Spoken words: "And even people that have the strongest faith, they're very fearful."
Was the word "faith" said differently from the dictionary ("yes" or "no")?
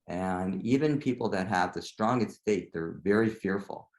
yes